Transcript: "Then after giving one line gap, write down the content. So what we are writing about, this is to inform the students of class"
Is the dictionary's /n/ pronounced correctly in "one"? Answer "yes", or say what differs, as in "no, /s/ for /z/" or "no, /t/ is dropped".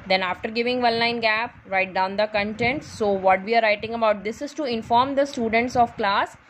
no, /l/ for /n/